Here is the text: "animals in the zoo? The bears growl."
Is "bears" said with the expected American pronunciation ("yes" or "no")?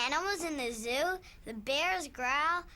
yes